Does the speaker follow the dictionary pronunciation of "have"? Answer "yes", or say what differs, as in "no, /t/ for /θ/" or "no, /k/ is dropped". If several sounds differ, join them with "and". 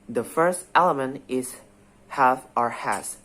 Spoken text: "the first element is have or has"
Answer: no, /f/ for /v/